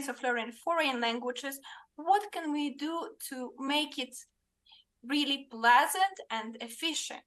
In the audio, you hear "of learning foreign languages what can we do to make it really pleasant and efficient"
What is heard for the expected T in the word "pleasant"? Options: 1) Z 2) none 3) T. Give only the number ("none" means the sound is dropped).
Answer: 3